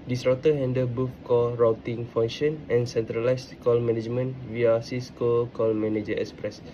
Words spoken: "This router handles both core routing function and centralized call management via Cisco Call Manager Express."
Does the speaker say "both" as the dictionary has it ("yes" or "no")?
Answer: no